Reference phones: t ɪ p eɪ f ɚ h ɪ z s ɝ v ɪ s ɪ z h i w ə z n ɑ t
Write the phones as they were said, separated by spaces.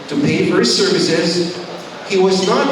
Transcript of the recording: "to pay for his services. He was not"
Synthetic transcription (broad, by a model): t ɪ p eɪ f ɚ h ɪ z s ɝ v ɪ s ɪ z h i w ə z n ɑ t